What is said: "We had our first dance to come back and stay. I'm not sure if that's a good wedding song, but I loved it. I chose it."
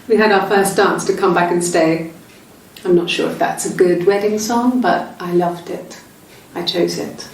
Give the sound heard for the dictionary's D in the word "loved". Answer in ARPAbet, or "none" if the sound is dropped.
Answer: D